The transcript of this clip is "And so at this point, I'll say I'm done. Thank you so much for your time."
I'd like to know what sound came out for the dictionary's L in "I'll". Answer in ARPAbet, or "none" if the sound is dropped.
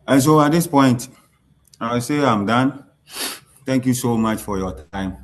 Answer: W